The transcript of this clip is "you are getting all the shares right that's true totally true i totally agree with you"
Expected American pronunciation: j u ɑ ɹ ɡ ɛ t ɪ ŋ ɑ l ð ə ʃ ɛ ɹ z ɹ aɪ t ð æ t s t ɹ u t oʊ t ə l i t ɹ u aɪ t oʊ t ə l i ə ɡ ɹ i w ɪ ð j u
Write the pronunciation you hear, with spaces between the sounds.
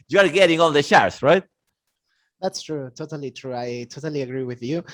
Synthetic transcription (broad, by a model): j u ɑ ɹ ɡ ɛ t ɪ ŋ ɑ n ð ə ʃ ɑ ɹ s ɹ aɪ t ð æ t s t ɹ u t oʊ t ə l i t ɹ u aɪ t oʊ t ə l i ə ɡ ɹ i w ɪ ð j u